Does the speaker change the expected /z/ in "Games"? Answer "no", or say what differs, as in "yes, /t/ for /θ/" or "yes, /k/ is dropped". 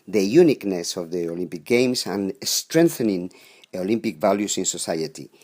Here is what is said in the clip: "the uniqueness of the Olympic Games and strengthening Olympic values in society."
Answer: yes, /s/ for /z/